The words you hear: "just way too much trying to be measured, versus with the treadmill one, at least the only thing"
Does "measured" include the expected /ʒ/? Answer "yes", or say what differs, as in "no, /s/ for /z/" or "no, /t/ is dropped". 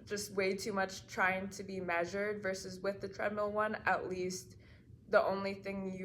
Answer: yes